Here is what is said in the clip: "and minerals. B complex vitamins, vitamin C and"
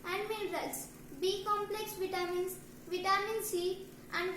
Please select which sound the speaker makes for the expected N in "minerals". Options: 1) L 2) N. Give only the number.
1